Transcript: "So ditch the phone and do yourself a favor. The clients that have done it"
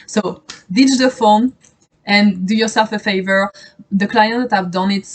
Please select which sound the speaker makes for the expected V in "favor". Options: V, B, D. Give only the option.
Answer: V